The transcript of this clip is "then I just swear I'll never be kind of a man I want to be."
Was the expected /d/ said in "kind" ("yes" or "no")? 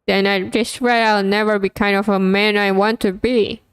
yes